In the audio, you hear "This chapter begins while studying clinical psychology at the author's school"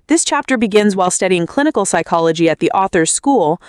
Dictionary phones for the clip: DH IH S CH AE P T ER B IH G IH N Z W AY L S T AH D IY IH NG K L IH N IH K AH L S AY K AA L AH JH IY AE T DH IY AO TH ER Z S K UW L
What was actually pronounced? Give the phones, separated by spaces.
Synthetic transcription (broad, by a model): DH IH S CH AE P T ER B IH G IH N Z W AY L S T AH D IY IH NG K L IH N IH K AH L S AY K AA L AH JH IY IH T DH IY AO TH ER Z S K UW L